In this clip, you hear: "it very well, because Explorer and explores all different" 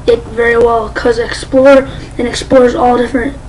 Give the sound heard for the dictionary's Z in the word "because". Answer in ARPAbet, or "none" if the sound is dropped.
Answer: none